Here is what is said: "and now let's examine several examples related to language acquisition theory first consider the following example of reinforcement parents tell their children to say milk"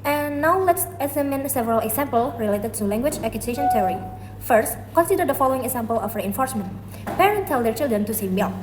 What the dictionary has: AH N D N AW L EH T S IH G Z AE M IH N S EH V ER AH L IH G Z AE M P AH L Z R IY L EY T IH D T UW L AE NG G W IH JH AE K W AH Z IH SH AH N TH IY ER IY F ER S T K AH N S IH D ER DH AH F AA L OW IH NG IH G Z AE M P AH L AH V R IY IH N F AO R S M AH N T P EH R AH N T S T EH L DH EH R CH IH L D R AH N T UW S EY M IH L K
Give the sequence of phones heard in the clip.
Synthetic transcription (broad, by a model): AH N N AW L EH T S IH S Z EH M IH N S EH V ER AH L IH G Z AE M P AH L R IY L EY T IH D T UW L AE NG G W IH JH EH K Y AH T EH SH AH N T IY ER IY F ER S T K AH N S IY D ER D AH F AA L OW IH NG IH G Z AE M P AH L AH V R IY IH N F AO R S M AH N T P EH R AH N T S T EH L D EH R CH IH L D R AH N T UW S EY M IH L